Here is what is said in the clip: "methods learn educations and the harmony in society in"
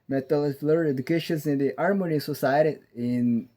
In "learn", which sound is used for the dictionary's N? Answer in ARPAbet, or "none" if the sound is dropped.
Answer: none